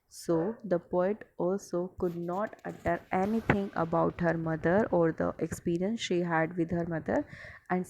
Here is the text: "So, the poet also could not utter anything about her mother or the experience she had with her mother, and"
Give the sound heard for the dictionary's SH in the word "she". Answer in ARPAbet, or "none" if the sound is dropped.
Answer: SH